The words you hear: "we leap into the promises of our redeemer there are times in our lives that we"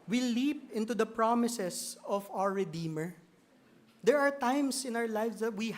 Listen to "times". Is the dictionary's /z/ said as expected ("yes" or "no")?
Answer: no